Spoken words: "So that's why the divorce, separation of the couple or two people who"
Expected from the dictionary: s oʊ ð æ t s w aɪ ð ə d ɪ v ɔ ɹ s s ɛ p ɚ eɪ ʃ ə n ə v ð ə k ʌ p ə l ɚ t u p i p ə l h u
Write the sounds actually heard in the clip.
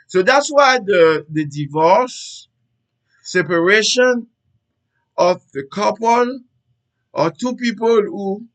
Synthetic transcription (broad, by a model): s oʊ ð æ t s w aɪ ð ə d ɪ v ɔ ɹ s s ɛ p ɚ eɪ ʃ ə n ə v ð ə k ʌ p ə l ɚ t u p i p ə l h u